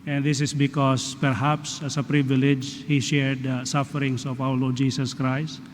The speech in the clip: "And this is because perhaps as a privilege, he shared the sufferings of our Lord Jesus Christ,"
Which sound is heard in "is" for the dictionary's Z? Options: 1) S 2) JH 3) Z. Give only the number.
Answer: 1